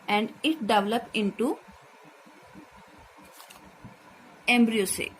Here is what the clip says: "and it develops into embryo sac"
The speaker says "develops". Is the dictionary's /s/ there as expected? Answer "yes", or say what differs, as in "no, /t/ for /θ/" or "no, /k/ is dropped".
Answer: no, /s/ is dropped